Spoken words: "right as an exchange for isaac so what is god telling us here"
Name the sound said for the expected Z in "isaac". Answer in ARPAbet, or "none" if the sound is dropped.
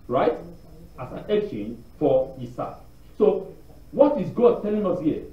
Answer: S